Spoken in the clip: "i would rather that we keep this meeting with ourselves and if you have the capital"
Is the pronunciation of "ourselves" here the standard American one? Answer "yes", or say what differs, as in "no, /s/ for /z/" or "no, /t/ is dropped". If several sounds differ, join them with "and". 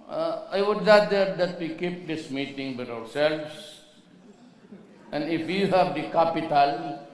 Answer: no, /s/ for /z/